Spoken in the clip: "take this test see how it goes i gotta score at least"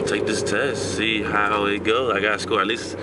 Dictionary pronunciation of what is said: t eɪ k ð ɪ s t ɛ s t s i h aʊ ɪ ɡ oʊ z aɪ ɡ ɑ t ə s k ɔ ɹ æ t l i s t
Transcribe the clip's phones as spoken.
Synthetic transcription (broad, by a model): t eɪ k ð ɪ s t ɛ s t s i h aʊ ɪ ɡ oʊ aɪ ɡ ɑ t ə s k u l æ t l i s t